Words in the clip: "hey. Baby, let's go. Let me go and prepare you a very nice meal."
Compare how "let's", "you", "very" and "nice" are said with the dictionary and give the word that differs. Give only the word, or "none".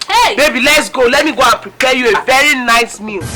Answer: none